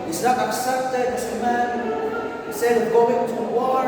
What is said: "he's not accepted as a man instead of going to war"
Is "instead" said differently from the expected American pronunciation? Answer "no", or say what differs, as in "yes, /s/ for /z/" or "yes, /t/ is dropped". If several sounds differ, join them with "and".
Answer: yes, /n/ is dropped